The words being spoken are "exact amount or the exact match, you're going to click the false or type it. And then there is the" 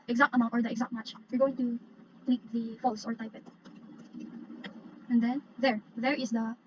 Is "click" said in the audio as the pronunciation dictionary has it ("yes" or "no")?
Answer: no